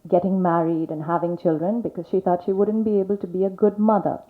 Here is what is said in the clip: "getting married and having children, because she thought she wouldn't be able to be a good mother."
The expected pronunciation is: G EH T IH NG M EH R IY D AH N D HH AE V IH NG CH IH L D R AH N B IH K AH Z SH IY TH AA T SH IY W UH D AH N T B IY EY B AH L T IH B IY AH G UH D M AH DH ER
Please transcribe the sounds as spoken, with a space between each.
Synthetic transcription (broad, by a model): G EH T IH NG M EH R IY D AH N HH AE V IH NG CH IH L D R AH N B IH K AH Z SH IY TH AA T SH IY W UH D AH N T B IY EY B L T IH B IY AH G UH D M AH DH ER